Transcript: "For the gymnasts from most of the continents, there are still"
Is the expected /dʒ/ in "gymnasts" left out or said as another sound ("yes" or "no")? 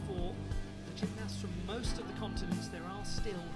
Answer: yes